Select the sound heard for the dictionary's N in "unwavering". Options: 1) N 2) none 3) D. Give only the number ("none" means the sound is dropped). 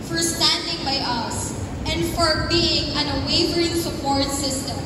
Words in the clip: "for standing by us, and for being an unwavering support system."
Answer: 2